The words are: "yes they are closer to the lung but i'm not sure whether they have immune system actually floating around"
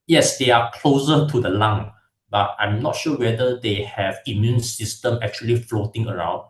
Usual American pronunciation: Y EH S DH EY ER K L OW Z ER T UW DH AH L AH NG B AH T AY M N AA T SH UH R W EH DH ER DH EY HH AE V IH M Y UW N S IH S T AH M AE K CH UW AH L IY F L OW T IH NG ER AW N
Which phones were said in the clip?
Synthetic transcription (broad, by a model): Y EH S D EY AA K L OW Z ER T UW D AH L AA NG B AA T AY M N AA T SH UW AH W EH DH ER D EY HH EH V IH M Y UW N S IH S T AH M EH K CH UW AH L IY F L OW T IH NG ER AW N